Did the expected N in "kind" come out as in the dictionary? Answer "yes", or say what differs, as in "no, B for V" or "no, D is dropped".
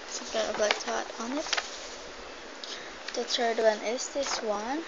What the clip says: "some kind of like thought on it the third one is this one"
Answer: no, N is dropped